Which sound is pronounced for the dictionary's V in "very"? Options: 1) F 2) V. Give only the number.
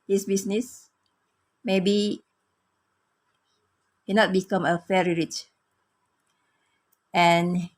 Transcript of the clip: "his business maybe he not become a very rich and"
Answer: 1